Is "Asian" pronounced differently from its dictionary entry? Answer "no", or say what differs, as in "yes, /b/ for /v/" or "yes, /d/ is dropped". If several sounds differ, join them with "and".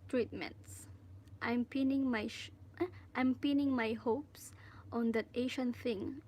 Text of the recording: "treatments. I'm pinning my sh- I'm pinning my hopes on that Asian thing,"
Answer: yes, /ʃ/ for /ʒ/